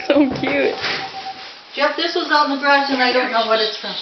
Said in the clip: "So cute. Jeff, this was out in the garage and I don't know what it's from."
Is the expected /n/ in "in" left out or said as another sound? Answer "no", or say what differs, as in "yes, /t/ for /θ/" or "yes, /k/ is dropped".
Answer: yes, /l/ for /n/